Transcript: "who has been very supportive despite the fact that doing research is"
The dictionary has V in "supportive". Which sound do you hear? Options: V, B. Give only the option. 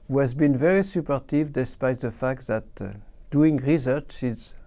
V